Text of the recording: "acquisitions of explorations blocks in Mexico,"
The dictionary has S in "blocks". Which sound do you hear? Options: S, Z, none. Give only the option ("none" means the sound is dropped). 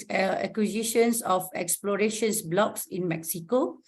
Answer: S